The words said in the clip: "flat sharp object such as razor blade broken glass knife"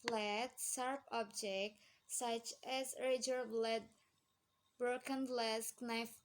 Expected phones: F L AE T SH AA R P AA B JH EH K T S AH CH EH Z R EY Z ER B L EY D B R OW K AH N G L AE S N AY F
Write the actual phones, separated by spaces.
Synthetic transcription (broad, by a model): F L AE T S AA R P AA B JH EH K T S AH CH EH Z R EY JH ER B L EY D B R OW K AH N L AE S N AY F